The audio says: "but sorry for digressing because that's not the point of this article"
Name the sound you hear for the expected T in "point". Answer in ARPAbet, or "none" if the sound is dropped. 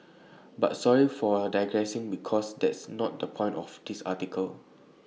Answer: T